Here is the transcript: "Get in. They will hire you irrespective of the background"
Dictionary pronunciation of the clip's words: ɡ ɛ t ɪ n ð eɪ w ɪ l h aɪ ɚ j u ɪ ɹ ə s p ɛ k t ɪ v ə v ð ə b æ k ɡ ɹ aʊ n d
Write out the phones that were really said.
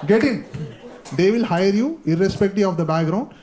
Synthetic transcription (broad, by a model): ɡ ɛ t ɪ n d eɪ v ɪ l h aɪ ɚ j u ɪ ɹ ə s p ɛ k t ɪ ə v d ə b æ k ɡ ɹ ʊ n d